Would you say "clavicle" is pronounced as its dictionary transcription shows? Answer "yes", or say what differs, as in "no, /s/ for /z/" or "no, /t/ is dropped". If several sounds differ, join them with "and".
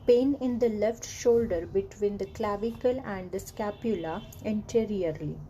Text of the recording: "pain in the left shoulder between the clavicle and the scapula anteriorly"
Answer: yes